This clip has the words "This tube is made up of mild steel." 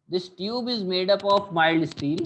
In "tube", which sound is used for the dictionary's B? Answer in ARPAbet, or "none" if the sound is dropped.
B